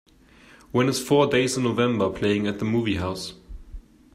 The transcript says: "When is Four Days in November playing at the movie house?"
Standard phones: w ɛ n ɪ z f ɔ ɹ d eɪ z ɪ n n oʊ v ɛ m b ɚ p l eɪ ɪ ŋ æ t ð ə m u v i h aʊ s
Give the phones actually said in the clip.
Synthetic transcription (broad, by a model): w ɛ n ɪ z f ɔ d eɪ ɪ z n oʊ v ɛ m b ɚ p l eɪ ɪ ŋ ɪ t ð ə m u v i h aʊ s